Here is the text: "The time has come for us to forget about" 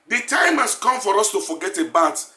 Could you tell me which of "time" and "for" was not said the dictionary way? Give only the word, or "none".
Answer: none